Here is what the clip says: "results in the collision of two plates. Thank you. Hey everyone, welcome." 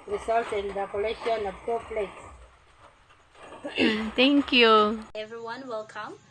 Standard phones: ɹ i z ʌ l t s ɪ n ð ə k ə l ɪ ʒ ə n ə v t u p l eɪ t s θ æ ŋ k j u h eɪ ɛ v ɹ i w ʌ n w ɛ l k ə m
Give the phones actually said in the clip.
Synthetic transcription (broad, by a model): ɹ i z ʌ l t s ɪ n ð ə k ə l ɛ ʃ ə n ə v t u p l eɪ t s t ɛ ŋ k j u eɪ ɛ v ɹ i w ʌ n w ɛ l k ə m